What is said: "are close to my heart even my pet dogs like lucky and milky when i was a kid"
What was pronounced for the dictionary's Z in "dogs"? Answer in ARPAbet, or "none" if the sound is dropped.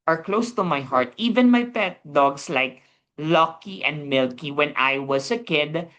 S